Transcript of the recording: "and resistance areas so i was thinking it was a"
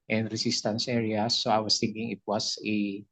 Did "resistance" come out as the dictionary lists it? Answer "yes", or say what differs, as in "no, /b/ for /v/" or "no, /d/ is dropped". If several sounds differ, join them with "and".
no, /s/ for /z/